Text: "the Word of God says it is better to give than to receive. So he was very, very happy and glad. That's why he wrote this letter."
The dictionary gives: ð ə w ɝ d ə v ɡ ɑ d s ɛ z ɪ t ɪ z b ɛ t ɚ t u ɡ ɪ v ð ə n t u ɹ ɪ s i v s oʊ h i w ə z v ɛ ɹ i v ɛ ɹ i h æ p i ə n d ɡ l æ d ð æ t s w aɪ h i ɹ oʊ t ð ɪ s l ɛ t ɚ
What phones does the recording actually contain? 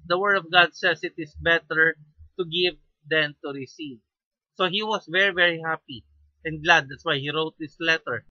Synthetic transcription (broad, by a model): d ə w ɝ d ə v ɡ ɑ d s ɛ s ɪ t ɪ s b ɛ t ɚ t u ɡ ɪ v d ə n t u ɹ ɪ s i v s oʊ h i w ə s v ɛ ɹ i v ɛ ɹ i h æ p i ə n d ɡ l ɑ d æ t s w aɪ h i ɹ oʊ t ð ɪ s l ɛ t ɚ